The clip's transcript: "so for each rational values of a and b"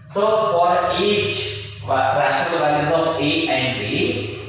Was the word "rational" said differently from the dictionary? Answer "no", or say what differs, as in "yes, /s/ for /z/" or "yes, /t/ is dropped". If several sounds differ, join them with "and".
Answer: yes, /n/ is dropped